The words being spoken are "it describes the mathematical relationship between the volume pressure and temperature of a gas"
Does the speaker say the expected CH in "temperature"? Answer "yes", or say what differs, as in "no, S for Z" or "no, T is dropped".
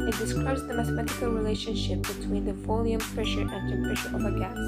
no, SH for CH